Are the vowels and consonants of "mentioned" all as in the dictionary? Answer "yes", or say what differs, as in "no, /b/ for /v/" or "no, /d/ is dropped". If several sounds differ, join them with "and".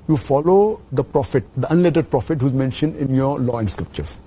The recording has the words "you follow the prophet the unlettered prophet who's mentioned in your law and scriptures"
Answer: yes